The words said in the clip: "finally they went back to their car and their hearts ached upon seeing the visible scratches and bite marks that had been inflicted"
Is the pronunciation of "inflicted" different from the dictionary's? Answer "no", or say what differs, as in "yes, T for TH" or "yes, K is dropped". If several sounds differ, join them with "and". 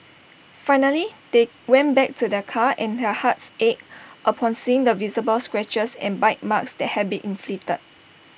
yes, K is dropped